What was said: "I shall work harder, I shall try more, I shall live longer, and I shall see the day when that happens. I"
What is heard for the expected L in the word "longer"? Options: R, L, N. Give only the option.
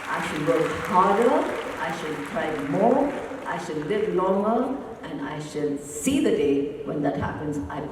N